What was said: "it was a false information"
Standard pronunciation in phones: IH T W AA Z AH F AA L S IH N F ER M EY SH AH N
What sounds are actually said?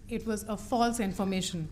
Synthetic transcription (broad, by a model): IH T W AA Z AH F AA L S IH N F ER M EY SH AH N